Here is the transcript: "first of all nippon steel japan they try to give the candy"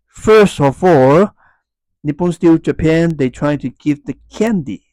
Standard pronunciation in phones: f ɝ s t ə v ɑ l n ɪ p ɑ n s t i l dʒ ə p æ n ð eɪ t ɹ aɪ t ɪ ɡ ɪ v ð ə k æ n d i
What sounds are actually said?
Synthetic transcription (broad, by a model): f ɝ s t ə f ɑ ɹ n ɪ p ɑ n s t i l dʒ ə p æ n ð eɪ t ɹ aɪ t ɪ ɡ ɪ v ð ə k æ n d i